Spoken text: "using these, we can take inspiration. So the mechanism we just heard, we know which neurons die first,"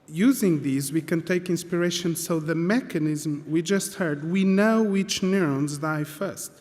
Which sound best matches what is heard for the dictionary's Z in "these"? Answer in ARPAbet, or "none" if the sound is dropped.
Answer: Z